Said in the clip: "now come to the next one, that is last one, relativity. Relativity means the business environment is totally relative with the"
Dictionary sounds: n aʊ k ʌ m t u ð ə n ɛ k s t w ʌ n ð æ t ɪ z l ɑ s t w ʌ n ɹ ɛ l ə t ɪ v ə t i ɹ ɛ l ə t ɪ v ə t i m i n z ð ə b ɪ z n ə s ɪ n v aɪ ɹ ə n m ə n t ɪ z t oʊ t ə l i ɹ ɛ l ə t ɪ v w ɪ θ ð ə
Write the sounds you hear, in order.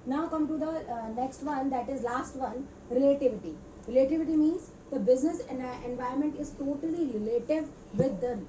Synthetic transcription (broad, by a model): n aʊ k ʌ m t u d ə n ɛ k s t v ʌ n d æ t ɪ z l ɑ s t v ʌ n ɹ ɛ l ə t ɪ v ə t i ɹ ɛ l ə t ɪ v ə t i m i n z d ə b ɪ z n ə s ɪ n v aɪ ə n m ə n t ɪ z t oʊ t ə l i ɹ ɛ l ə t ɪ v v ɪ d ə